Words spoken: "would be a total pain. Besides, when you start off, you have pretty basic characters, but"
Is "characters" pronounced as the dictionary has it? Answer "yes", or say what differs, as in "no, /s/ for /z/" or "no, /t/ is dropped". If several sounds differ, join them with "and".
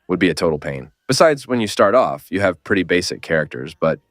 yes